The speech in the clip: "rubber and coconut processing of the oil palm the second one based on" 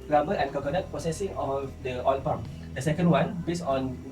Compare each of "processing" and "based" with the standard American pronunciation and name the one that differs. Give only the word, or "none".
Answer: based